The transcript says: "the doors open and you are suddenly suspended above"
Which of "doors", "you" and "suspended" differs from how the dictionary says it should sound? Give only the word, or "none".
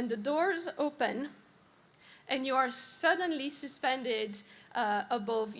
none